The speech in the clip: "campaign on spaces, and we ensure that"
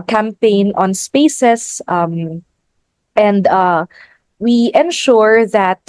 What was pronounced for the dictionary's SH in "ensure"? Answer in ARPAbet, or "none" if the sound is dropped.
SH